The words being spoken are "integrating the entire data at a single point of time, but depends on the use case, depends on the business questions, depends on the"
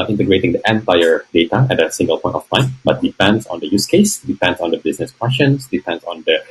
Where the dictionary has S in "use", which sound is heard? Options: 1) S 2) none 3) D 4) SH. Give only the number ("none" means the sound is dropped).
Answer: 1